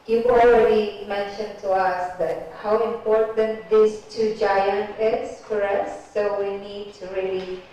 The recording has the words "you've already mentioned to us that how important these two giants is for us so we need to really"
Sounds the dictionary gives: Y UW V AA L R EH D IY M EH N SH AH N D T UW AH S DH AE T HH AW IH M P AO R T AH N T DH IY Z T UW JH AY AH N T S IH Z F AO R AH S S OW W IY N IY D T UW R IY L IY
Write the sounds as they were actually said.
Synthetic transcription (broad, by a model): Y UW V AA L R EH D IY M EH N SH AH N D T UW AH S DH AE T HH AW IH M P AO R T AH N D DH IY S T UW JH AY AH N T IH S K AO R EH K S OW W IY N IY D T UW R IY L IY